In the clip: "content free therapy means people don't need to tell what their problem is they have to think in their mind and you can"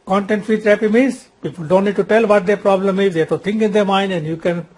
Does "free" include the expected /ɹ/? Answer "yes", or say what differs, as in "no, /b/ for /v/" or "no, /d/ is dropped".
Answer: no, /ɹ/ is dropped